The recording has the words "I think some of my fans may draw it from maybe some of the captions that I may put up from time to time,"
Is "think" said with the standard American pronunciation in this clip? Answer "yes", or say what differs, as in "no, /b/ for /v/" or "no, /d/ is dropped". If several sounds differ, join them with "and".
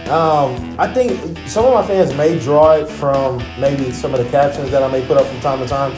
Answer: yes